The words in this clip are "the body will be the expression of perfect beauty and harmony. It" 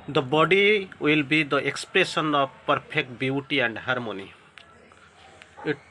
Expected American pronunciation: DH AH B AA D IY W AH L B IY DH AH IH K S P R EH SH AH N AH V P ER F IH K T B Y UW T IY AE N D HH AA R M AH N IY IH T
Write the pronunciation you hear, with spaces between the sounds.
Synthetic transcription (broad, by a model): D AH B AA D IY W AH L B IY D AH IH K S P R EH S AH N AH P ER P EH K T B Y UW T IY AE N D HH AA R M AH N IY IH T